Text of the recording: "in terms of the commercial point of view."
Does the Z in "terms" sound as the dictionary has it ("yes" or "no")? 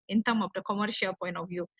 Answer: no